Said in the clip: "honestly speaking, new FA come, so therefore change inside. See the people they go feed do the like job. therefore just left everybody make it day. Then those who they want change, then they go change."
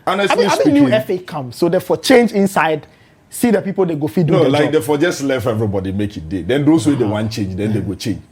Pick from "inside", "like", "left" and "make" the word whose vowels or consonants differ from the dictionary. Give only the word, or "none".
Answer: left